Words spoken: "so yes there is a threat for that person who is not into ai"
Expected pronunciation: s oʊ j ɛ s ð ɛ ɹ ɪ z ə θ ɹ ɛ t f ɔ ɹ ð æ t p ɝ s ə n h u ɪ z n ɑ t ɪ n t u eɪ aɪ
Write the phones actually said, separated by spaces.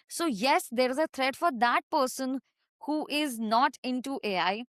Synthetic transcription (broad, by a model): s oʊ j ɛ s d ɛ ɹ ɪ z ə t ɹ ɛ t f ɔ ɹ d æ t p ɝ s ə n h u ɪ z n ɑ t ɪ n t u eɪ aɪ